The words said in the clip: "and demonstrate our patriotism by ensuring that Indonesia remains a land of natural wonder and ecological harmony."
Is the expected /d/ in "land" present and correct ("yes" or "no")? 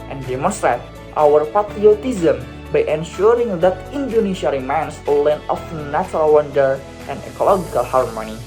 no